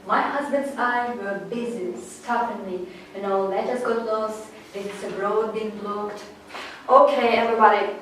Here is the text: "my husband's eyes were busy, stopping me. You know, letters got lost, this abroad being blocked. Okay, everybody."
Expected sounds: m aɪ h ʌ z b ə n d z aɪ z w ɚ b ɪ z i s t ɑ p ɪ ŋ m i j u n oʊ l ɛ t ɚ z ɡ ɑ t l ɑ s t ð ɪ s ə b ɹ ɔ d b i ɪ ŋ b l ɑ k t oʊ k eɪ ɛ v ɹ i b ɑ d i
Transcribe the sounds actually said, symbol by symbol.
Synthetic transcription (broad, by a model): m aɪ h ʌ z b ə n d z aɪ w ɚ b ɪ z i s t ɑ f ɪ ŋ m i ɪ n oʊ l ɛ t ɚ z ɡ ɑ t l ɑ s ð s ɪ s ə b ɹ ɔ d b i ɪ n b l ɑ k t oʊ k eɪ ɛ v ɹ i b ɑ d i